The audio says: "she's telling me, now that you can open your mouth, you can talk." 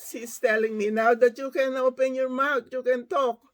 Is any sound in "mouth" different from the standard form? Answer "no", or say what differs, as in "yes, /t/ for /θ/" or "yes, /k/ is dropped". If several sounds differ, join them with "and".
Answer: yes, /t/ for /θ/